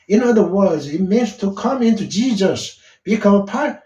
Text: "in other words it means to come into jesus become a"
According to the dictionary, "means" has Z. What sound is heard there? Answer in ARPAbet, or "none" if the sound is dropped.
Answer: none